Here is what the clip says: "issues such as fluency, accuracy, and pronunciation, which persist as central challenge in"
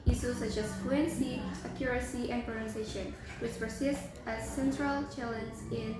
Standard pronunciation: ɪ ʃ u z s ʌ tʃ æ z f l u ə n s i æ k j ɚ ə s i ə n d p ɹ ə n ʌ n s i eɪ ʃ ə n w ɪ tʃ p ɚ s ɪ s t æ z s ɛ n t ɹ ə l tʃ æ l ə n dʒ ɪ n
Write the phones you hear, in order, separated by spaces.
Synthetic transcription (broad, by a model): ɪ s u s ʌ tʃ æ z f l u ə n s i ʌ k j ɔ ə s i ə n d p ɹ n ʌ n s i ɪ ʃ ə n w ɪ tʃ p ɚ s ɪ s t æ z s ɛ n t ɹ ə l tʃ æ l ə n z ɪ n